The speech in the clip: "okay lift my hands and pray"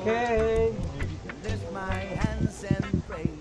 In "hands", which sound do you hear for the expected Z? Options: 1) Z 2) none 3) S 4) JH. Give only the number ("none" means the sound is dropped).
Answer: 1